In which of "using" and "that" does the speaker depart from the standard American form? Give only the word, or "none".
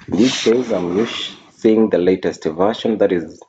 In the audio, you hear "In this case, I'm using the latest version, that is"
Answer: using